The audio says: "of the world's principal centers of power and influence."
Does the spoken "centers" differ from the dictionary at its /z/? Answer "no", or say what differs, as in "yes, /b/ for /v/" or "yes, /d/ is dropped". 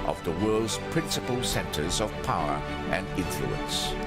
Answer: no